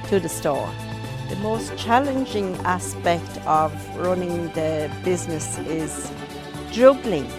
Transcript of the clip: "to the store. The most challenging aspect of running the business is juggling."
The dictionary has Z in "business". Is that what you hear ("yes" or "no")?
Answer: yes